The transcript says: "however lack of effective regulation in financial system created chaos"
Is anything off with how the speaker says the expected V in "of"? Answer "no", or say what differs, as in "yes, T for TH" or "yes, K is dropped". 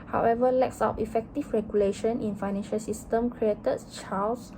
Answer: yes, P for V